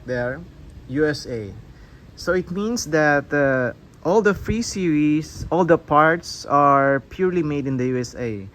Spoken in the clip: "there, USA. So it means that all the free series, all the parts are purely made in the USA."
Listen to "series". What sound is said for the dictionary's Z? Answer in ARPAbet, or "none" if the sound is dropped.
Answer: S